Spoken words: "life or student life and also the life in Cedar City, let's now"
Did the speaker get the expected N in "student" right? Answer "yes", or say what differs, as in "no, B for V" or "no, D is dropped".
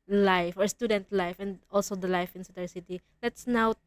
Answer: yes